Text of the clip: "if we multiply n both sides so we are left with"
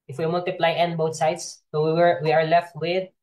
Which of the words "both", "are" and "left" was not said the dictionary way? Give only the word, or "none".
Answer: both